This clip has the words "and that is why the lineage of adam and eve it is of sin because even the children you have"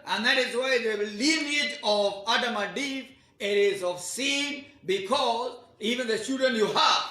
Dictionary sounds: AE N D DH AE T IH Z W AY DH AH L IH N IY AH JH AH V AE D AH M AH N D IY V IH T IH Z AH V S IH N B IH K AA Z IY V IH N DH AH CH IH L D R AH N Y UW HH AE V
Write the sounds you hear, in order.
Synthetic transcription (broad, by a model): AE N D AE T IH Z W AY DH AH L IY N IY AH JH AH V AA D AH M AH D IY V IH T IH Z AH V S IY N B IH K AA Z IY V IH N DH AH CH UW D AH N Y UW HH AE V